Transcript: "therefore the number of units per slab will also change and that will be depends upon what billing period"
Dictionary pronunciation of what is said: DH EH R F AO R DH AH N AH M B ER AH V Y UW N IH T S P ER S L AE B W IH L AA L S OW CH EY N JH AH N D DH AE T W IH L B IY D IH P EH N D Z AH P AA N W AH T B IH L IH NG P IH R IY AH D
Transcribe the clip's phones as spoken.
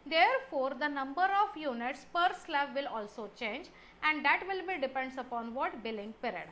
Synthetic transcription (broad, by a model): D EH R F AO R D AH N AH M B ER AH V Y UW N IH T S P ER S L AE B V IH L AA L S OW CH EY N JH AH N D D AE T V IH L B IY D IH P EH N D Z AH P AA N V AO T B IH L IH NG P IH R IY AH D